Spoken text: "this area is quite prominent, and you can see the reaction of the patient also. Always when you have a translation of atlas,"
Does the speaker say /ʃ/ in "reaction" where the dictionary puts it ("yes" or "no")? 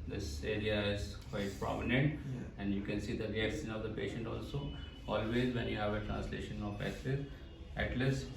no